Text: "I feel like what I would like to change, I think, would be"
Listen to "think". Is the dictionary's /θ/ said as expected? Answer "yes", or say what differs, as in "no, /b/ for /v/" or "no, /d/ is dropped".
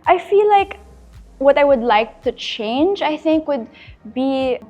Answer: yes